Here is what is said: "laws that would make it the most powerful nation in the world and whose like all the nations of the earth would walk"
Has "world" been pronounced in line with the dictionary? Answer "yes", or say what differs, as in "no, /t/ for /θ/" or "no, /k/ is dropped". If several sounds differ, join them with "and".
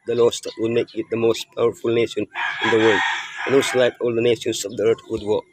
yes